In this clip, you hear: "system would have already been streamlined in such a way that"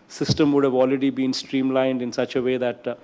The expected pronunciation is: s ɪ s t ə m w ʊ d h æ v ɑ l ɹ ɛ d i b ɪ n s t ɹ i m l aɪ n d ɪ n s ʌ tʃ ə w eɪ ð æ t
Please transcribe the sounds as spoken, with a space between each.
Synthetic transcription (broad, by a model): s ɪ s t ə m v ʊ d h æ v ɑ l ɹ ɛ d i b ɪ n s t ɹ i m l aɪ n d ɪ n s ʌ tʃ ə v eɪ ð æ t